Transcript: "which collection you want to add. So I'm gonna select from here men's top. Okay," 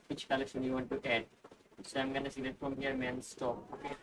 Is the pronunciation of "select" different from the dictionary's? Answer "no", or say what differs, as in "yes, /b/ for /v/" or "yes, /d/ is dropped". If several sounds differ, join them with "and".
yes, /k/ is dropped